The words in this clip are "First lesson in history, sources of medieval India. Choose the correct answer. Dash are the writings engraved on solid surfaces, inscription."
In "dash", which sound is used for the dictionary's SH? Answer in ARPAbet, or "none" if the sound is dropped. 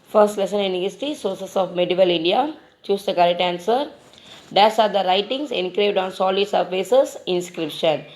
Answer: S